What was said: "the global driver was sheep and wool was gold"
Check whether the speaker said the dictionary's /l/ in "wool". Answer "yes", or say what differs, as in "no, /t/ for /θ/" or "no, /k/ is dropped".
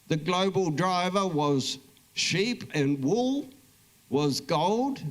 yes